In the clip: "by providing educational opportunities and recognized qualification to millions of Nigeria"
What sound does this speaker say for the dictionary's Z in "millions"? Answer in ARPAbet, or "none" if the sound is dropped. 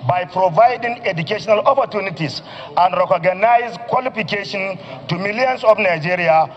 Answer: S